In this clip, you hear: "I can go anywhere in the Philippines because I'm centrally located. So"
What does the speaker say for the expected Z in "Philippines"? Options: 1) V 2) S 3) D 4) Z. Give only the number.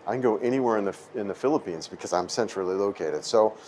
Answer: 4